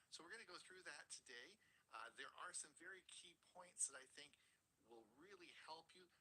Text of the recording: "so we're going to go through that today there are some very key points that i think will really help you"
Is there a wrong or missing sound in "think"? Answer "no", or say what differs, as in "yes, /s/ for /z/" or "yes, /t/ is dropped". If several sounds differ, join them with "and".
no